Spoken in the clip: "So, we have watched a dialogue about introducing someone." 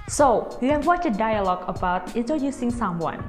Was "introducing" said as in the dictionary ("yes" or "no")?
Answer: yes